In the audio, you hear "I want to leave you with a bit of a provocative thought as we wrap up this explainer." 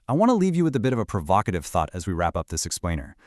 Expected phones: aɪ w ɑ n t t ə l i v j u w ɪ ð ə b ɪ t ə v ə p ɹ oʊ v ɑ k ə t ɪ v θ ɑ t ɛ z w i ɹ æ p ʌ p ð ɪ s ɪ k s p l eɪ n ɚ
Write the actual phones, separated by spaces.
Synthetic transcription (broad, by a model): aɪ w ɑ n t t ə l i v j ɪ w ɪ ð ə b ɪ t ə v ə p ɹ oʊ v ɑ k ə t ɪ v θ ɑ t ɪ z w i ɹ æ p ʌ p ð ɪ s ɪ k s p l eɪ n ɚ